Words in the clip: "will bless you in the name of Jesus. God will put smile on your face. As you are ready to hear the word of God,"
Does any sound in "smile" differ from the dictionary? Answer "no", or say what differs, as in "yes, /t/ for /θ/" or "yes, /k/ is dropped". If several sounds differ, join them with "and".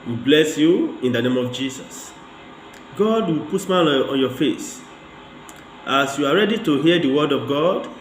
yes, /n/ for /l/